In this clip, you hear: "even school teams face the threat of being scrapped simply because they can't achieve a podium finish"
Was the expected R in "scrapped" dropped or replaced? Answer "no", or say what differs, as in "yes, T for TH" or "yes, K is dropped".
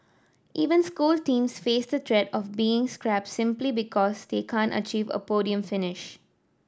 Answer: no